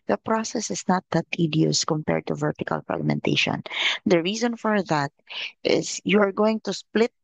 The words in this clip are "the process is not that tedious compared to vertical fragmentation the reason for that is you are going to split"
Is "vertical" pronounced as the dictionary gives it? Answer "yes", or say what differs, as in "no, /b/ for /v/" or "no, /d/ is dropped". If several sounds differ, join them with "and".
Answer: yes